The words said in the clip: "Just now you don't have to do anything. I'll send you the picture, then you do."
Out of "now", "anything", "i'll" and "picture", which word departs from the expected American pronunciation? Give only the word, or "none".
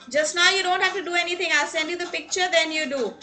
anything